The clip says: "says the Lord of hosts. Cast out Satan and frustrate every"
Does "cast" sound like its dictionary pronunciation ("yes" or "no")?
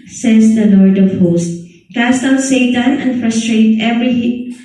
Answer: yes